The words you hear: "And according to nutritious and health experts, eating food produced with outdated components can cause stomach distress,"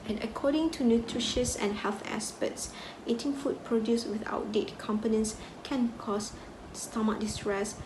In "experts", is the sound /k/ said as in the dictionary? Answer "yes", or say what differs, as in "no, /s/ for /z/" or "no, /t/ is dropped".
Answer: no, /k/ is dropped